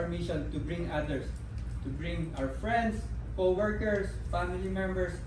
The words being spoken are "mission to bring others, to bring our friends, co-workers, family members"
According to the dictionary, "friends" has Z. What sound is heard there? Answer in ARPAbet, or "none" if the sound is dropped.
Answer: S